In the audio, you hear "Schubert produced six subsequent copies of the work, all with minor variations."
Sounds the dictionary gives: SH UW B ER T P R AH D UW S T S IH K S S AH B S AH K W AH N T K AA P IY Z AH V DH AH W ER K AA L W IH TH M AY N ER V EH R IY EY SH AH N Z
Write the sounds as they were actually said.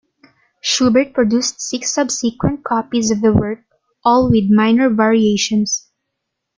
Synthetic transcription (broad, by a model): SH UW B ER T P R AH D UW S T S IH K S S AH B S AH K W AH N T K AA P IY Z AH V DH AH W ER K AA L W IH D M AY N ER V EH R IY EY SH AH N S